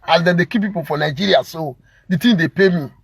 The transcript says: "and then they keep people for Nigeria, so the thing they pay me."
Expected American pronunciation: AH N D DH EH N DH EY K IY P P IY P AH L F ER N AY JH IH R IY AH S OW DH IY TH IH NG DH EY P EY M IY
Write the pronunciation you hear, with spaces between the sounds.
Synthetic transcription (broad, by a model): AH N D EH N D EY K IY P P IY P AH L F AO N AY JH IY R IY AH S OW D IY T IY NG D EY P EY M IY